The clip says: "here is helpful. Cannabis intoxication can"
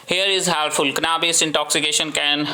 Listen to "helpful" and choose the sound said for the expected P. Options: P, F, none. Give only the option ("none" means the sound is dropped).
none